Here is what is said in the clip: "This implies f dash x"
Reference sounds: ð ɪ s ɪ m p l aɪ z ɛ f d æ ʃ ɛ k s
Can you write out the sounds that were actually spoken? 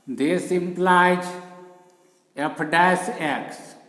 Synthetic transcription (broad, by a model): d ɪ s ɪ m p l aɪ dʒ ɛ p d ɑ s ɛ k s